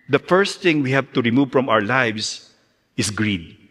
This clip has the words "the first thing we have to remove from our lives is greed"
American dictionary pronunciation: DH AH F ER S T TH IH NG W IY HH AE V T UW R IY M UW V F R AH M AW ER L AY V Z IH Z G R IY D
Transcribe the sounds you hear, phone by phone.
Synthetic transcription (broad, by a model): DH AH F ER S T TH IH NG W IY HH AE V T UW R IY M UW V F R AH M AW ER L AY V S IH S G R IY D